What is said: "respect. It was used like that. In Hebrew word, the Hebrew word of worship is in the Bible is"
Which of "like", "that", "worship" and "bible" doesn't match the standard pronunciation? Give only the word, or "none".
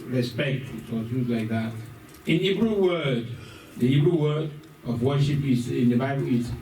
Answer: none